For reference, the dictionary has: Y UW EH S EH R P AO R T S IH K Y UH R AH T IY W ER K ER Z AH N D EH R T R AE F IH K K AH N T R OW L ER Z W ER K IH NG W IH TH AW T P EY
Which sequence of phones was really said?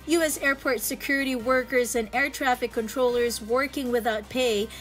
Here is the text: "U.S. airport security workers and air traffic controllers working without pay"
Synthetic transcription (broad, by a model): Y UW EH S EH R P AO R T S IH K Y UH R AH T IY W ER K ER Z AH N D EH R T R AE F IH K K AH N T R OW L ER Z W ER K IH NG W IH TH AW T P EY